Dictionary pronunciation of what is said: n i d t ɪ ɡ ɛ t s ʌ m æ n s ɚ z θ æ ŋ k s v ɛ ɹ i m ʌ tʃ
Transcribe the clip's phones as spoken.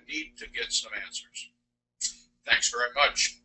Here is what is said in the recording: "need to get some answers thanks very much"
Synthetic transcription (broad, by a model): n i d t ɪ ɡ ɛ t s ʌ m æ n s ɚ z θ æ ŋ k s v ɛ ɹ i m ʌ tʃ